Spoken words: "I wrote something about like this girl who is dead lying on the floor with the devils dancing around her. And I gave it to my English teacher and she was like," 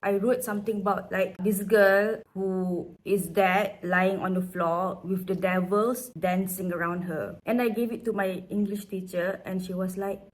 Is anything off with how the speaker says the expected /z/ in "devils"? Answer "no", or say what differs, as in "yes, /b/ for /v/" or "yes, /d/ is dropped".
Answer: yes, /s/ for /z/